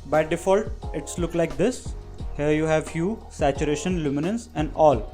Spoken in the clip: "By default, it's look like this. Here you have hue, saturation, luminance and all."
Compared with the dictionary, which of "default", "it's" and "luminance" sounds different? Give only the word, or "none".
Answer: none